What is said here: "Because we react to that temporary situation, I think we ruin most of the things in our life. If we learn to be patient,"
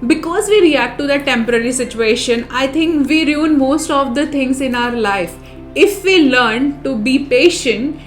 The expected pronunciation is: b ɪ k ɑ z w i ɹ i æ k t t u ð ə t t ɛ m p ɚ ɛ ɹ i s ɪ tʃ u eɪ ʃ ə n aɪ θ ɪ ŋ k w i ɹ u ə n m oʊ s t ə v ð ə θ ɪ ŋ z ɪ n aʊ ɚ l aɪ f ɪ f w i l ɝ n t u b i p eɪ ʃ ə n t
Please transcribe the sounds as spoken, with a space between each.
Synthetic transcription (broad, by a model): b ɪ k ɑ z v i ɹ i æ k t t u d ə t t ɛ m p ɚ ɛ ɹ i s ɪ tʃ u eɪ ʃ ə n aɪ t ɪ ŋ k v i ɹ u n m oʊ s t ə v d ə t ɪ ŋ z ɪ n aʊ ɚ l aɪ f ɪ f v i l ɝ n t u b i p eɪ ʃ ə n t